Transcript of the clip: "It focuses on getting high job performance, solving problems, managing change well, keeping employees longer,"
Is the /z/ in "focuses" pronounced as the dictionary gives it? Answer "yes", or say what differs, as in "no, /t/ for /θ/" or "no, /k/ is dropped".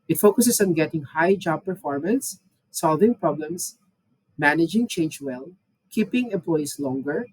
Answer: no, /s/ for /z/